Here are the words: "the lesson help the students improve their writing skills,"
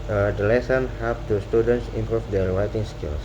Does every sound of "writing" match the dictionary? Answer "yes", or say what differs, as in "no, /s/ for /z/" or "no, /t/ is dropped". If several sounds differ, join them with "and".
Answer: no, /w/ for /ɹ/